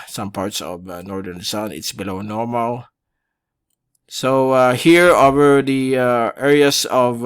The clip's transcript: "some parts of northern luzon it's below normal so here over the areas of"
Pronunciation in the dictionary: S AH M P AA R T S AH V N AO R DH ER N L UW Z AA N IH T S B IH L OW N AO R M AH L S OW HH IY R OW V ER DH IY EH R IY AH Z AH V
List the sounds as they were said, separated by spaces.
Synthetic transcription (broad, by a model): S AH M P AA R T S AH V N AO R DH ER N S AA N IH T S B IH L OW N AO R M AH L S OW HH IY R OW V ER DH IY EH R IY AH S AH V